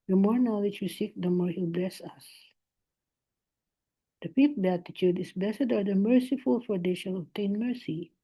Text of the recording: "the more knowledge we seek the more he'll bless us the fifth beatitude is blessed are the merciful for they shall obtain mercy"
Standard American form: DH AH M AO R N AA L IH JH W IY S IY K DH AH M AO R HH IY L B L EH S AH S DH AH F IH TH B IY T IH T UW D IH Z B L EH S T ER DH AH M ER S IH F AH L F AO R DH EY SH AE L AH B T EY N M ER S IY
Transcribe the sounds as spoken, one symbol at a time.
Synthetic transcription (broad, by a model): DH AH M AO R N AA L IH JH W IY S IY K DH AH M AO R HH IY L B L EH S AH S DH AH P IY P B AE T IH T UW D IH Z B L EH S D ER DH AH M ER S IH F AH L F AO R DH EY SH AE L AH B T EY N M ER S IY